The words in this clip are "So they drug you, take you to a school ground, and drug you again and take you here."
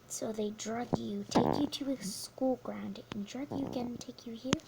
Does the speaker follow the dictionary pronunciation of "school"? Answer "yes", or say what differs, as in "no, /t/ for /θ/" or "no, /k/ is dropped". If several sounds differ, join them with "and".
yes